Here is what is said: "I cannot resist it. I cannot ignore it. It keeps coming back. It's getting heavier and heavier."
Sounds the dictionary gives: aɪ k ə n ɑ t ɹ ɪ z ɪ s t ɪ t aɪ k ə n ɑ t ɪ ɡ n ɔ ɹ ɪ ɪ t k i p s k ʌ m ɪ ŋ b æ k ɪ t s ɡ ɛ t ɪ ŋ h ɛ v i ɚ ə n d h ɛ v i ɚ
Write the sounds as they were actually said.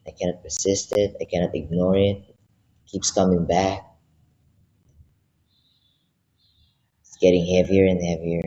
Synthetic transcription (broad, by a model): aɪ k ə n ɑ t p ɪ s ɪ s t ɪ t aɪ k ə n ɑ t ɪ ɡ n ɔ ɹ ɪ ɪ t k i p s k ʌ m ɪ ŋ b æ k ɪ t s ɡ ɛ t ɪ ŋ h ɛ v i ɚ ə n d h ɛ v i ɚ